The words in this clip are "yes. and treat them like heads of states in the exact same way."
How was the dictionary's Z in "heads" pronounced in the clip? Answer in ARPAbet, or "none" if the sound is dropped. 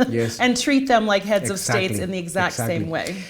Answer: Z